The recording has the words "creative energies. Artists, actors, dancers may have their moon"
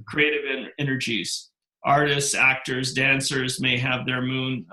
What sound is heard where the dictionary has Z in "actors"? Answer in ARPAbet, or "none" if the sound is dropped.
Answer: Z